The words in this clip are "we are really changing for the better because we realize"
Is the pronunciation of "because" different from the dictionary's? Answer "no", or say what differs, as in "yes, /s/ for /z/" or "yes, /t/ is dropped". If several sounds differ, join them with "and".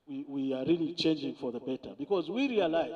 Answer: no